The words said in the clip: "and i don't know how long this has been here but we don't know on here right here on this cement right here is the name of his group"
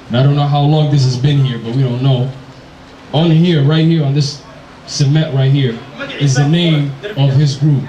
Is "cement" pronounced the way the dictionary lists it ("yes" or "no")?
no